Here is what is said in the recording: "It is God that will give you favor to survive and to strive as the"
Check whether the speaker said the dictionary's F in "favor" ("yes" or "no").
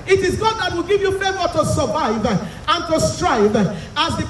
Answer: no